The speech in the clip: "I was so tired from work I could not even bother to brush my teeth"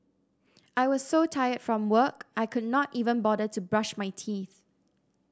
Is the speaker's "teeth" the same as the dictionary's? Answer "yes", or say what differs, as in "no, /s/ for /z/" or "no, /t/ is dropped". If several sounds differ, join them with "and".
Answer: yes